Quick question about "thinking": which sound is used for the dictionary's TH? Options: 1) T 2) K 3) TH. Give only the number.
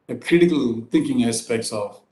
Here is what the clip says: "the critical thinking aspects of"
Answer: 1